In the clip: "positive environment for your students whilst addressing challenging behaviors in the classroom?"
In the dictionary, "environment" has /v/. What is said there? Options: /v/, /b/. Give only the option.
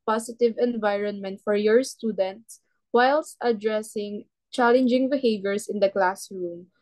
/v/